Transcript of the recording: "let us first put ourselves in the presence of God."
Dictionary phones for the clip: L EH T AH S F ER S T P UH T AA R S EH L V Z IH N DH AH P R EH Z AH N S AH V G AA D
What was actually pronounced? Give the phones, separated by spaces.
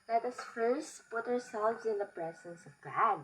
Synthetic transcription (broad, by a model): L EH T AH S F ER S P UH T AA R S EH L V Z IH N DH AH P R EH Z AH N S AH V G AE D